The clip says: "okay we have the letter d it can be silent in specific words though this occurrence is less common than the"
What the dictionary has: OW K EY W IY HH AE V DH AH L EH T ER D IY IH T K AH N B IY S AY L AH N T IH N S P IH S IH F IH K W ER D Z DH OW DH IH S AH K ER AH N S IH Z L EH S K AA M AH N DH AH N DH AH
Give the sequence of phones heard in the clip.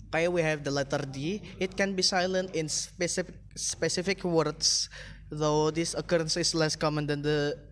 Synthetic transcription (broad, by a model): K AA W IY HH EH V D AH L EH T ER D IY IH T K AH N B IY S AY L AH N T IH N S P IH S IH F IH K W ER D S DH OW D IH S AH K ER AH N S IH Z L EH S K AA M AH N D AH N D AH